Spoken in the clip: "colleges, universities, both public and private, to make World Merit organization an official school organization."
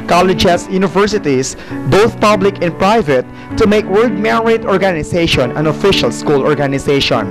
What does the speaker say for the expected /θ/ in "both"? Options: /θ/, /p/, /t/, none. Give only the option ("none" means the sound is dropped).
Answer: /θ/